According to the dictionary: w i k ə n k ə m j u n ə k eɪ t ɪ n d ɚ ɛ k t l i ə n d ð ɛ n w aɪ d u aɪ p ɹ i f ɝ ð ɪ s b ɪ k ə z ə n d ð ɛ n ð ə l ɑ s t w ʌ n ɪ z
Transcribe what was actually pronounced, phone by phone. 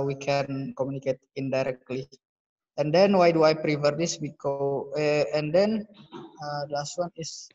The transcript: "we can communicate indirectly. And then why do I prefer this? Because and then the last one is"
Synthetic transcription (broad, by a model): w i k ə n k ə m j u n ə k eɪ t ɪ n d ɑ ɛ k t l i ə n d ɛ n w aɪ d u aɪ p ɹ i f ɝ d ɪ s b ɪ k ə ə n d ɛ n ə l ɑ s t w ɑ n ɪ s